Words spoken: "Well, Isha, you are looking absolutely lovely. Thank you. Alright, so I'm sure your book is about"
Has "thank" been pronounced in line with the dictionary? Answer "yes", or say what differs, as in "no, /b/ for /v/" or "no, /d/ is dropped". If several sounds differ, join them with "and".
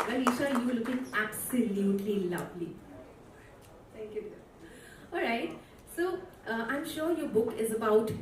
no, /t/ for /θ/